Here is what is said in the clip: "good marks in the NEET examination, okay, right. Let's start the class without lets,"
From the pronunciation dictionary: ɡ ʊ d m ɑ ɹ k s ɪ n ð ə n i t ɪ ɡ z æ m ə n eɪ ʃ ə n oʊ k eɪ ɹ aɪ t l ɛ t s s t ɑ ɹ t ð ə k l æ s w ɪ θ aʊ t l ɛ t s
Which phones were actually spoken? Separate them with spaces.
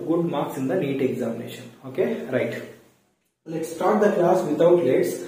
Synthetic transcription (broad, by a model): ɡ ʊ d m ɑ ɹ k s ɪ n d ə n i t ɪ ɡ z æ m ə n eɪ ʃ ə n oʊ k eɪ ɹ aɪ t l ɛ t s s t ɑ ɹ t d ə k l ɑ s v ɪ t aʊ t l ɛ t s